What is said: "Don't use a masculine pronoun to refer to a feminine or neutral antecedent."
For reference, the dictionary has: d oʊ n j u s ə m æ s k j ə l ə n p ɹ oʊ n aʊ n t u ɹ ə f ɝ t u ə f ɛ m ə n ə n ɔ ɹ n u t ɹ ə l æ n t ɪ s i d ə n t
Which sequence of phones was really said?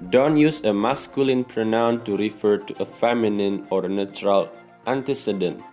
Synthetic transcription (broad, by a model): d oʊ n j u s ə m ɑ s k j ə l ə n p ɹ oʊ n aʊ n t u ɹ ə f ɝ t u ə f ɛ m ə n ə n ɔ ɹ n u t ɹ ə l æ n t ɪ s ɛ d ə n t